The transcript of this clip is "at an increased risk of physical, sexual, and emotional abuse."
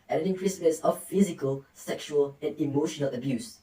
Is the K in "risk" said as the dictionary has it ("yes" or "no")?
no